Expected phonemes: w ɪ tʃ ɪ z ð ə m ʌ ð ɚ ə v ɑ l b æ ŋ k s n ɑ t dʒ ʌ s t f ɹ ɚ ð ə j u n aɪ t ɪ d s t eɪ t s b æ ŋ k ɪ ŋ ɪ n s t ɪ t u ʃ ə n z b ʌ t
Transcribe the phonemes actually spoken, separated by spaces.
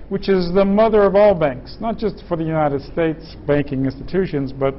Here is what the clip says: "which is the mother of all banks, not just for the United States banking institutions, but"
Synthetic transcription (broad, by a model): w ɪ tʃ ɪ z ð ə m ʌ ð ɚ ə v ɑ l b æ ŋ k s n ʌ t dʒ ʌ s t f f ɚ ð ə j u n aɪ t ɪ d s t eɪ t s b æ ŋ k ɪ ŋ ɪ n s t ɪ t u ʃ ə n z b ʌ t